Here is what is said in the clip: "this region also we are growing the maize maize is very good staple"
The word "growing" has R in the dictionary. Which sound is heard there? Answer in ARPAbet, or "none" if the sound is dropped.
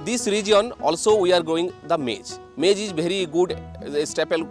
none